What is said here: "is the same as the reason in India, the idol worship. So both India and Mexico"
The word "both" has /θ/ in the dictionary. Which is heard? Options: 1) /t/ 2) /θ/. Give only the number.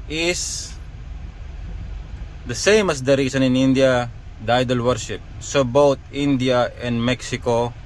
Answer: 1